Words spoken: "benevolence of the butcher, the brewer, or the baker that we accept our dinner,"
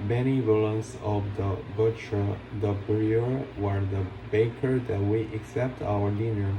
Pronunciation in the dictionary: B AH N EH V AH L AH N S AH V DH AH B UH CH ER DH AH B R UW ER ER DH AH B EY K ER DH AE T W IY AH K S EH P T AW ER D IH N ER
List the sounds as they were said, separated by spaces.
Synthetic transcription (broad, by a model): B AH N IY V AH L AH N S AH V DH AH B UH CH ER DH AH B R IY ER ER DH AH B EY K ER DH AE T W IY AH K S EH P T AW ER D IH N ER